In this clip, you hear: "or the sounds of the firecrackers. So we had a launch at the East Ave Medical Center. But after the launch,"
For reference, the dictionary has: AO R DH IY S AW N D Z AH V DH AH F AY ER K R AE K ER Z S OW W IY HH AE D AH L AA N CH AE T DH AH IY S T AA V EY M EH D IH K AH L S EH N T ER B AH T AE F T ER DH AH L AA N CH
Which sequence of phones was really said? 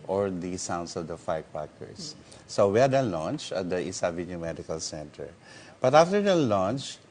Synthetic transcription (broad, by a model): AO R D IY S AW N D S AH V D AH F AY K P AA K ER S OW W IY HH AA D AH L AA N CH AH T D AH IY S AA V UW M EH D IH K AH L S EH N T ER B AH T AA F T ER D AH L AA N CH